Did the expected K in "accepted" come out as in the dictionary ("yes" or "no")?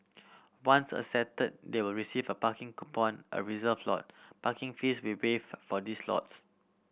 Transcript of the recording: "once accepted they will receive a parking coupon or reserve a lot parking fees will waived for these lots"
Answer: no